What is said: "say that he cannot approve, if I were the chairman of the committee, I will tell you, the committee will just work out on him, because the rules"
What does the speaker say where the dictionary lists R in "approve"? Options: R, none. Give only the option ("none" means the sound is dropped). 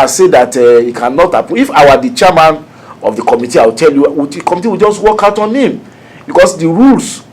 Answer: none